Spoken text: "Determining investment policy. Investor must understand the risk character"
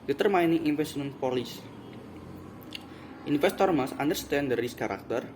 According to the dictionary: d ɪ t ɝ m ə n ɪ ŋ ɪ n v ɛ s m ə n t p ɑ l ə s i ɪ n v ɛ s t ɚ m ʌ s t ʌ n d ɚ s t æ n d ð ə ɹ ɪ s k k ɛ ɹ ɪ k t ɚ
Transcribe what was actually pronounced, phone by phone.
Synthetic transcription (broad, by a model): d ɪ t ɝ m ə n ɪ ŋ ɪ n f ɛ s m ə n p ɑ l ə s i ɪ n f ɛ s t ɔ m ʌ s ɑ n d ɚ s t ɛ n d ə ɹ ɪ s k k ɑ ɹ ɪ k t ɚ